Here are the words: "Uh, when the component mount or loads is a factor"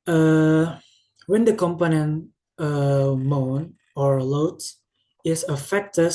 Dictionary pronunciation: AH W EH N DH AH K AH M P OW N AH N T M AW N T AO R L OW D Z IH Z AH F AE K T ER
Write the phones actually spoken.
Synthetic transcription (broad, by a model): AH W EH N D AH K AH M P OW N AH N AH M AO N AO R L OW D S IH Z AH F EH K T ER